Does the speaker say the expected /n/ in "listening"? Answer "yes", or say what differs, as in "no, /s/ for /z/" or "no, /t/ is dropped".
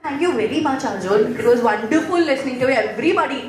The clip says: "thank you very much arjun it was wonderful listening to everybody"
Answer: yes